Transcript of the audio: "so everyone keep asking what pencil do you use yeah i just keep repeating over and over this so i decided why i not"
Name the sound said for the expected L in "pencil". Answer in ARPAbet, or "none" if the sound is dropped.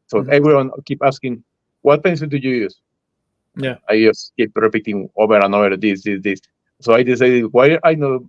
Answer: N